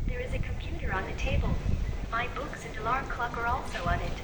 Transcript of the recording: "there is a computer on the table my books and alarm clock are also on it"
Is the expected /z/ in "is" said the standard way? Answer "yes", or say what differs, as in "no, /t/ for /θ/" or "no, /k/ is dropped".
yes